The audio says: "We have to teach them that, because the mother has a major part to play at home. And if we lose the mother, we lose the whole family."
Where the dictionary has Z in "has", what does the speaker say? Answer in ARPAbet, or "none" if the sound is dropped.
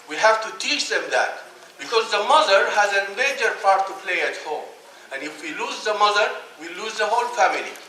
Z